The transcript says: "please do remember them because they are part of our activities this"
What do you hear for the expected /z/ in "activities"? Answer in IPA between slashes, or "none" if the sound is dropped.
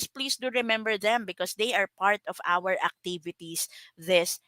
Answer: /s/